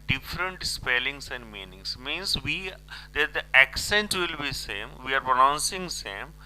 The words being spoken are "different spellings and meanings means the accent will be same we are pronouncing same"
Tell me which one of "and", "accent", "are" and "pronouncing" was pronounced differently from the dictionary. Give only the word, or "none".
none